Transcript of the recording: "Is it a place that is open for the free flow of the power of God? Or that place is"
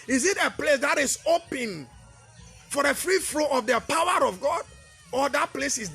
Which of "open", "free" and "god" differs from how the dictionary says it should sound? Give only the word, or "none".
none